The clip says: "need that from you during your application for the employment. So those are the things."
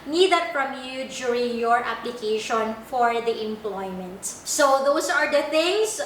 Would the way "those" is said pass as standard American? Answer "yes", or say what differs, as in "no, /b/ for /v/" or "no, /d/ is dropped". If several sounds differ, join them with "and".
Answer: no, /s/ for /z/